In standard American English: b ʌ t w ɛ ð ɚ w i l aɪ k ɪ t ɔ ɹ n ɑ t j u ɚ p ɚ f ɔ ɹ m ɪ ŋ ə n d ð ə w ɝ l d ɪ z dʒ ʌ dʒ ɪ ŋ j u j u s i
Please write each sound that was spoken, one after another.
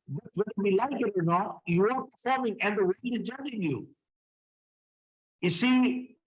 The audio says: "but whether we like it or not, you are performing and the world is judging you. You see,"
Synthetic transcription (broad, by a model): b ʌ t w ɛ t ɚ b i l aɪ k ɪ t ɔ ɹ n ɑ t j u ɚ p ɚ f ɔ ɹ m ɪ ŋ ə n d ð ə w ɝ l ɪ z dʒ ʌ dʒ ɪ ŋ j u j u s i